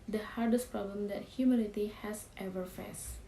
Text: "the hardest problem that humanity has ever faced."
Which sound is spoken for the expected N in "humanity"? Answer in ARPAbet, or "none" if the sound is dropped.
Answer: L